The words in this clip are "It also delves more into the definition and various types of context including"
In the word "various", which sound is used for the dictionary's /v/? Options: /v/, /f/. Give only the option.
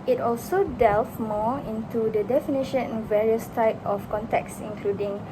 /v/